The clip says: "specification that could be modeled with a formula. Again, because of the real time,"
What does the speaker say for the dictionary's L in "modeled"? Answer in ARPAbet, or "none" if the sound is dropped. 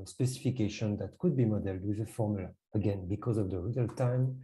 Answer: L